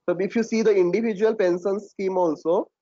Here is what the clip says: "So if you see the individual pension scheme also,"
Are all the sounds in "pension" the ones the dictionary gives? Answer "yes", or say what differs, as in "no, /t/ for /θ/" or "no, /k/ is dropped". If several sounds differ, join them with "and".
no, /s/ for /ʃ/